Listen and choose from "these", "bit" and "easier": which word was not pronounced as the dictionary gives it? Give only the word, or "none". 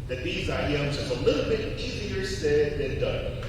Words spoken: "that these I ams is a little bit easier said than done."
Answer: none